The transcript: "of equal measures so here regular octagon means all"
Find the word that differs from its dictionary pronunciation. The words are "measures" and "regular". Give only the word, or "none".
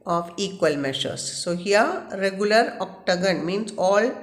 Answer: measures